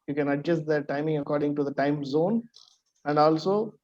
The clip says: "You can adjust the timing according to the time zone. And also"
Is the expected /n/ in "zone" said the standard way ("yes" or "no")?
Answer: yes